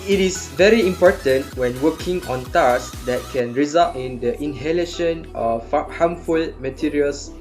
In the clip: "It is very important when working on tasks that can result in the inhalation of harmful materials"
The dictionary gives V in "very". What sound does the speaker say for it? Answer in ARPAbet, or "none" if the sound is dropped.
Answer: V